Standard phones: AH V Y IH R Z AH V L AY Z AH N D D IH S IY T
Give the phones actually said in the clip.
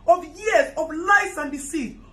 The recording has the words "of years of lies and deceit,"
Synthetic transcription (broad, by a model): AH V Y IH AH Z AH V L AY S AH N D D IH S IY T